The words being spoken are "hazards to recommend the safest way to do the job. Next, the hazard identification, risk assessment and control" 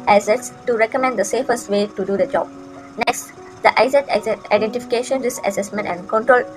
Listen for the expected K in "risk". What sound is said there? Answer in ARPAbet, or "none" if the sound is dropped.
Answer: none